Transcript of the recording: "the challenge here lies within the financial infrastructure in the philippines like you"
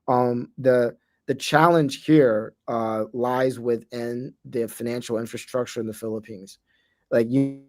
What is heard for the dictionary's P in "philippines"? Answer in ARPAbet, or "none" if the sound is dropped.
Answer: P